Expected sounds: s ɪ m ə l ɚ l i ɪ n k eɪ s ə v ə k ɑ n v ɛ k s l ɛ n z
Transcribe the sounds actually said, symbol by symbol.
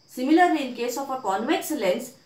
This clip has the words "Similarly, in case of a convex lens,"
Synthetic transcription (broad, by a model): s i m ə l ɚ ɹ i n k eɪ s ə p ə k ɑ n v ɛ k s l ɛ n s